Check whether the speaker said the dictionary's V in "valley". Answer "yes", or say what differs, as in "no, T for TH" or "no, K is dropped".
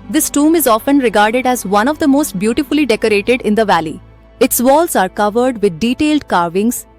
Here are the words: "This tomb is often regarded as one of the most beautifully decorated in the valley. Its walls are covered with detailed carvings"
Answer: yes